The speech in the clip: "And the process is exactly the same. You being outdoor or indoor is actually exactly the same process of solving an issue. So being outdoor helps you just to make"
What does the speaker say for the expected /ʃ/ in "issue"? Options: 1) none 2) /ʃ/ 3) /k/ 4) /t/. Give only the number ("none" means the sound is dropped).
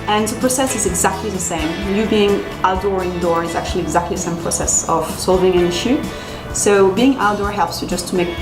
2